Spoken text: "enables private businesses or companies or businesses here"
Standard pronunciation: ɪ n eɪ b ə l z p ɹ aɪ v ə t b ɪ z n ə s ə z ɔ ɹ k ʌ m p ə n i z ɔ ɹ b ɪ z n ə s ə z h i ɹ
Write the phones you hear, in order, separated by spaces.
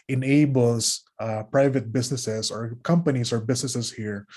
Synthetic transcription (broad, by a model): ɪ n eɪ b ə l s p ɹ aɪ v ə t b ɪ s n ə s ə s ɔ ɹ k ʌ m p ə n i s ɔ ɹ b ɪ s n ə s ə s h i ɹ